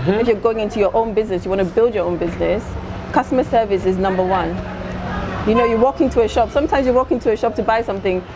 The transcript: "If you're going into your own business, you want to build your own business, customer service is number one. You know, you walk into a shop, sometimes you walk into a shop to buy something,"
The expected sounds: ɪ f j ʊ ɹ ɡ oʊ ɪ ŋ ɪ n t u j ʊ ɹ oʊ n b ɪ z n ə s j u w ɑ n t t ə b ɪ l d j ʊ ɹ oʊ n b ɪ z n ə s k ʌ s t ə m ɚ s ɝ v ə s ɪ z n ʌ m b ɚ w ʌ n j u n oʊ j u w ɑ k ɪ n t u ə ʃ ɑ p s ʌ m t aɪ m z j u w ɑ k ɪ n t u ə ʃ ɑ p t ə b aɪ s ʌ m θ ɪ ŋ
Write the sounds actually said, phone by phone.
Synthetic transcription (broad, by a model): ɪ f j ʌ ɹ ɡ oʊ ɪ ŋ ɪ n t u j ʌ ɹ oʊ n b ɪ z n ə s j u w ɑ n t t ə b ɪ l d j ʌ ɹ oʊ n b ɪ z n ə s k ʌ s t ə m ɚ s ɝ v ə s ɪ z n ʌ m b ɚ w ʌ n j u n oʊ j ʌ w ɑ k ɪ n t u ə ʃ ɑ p s ʌ m t aɪ m z j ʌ w ɑ k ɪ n t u ə ʃ ɑ p t ə b aɪ s ʌ m θ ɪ ŋ